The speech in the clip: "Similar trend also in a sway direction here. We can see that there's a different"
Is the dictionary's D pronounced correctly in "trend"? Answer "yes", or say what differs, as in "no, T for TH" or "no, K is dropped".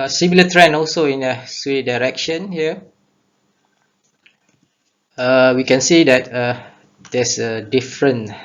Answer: no, D is dropped